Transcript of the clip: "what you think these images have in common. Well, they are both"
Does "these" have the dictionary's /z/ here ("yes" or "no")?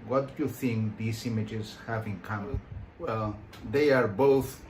no